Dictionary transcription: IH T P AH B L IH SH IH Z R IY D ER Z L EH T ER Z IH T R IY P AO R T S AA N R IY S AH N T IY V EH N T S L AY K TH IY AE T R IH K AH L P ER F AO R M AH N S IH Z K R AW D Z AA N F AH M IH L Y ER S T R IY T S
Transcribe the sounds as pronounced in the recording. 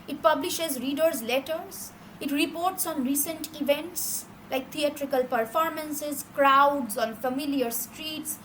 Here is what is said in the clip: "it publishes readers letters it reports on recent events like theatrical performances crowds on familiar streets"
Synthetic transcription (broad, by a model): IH T P AH B L IH SH IH Z R IY D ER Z L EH T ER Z IH T R IY P AO R T S AA N R IY S AH N T IY V EH N T S L AY K T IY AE T R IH K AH L P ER F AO R M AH N S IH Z K R AW D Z AA N F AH M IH L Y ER S T R IY T S